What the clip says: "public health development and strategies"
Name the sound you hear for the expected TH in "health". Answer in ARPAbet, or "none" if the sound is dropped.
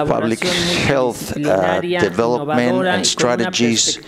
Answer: TH